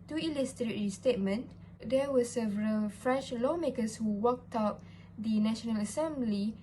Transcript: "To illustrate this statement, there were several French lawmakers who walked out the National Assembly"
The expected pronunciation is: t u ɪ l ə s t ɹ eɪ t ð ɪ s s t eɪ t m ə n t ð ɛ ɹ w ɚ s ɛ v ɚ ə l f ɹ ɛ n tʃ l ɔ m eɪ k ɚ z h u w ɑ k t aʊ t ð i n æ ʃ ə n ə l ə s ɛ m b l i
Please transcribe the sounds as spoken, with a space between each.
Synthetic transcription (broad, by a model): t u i l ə s t ɹ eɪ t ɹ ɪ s s t eɪ t m ə n t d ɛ w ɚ s ɛ v ɚ ə l f ɹ ɛ n tʃ l ɔ m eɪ k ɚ s h u w ɑ k t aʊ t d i n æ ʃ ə n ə l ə s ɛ m b l i